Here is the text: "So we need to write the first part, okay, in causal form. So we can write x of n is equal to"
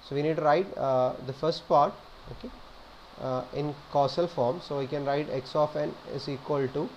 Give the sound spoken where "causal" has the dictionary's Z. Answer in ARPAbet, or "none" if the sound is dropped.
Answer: S